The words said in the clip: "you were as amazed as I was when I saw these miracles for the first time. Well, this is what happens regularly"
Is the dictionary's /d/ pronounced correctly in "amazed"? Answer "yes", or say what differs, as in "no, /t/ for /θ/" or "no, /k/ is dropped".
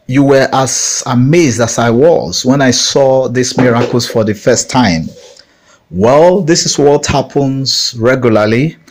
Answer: yes